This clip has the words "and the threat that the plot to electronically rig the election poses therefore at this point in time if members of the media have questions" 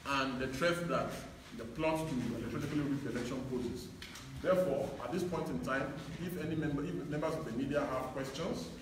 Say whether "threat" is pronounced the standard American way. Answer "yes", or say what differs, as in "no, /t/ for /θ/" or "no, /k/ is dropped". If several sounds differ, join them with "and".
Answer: no, /t/ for /θ/